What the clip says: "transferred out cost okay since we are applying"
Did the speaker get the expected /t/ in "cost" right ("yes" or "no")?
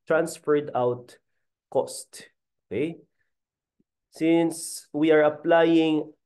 yes